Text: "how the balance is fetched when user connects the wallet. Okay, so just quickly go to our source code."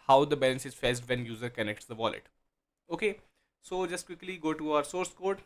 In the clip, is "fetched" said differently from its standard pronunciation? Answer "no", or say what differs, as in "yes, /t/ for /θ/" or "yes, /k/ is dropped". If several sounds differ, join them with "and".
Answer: yes, /s/ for /tʃ/